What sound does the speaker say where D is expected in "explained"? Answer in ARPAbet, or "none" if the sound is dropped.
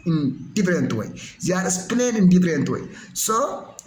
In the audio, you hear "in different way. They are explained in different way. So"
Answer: none